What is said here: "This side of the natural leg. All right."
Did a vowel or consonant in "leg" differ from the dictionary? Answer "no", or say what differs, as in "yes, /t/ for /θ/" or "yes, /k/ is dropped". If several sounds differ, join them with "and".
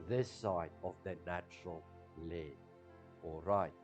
yes, /ɡ/ is dropped